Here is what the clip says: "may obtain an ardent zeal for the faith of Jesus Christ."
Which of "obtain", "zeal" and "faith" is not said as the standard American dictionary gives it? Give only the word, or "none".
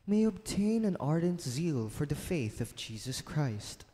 none